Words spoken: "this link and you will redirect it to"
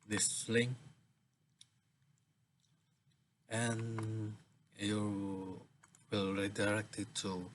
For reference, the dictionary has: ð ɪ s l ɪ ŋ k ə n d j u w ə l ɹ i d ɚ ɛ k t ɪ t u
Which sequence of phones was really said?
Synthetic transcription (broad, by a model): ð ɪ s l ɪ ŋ ə n j u w ə l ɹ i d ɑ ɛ k t ɪ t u